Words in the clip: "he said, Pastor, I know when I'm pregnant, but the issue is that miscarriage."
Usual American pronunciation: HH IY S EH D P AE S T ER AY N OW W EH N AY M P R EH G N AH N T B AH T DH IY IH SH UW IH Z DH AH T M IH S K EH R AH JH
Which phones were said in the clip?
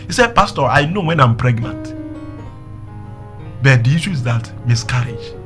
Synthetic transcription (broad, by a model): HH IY S EH D P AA S T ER AY N OW W EH N AY M P R EH G N AH N T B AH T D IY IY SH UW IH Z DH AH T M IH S K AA R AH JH